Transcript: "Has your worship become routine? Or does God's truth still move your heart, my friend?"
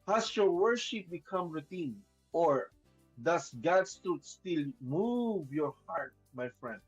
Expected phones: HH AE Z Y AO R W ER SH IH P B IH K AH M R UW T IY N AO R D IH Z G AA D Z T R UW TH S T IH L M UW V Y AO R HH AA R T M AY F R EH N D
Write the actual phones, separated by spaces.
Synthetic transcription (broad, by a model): HH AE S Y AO R W ER SH IH P B IH K AH M R UW T IY N AO R D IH S G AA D S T R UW T S T IH L M UW V Y AO R HH AA R T M AY F R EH N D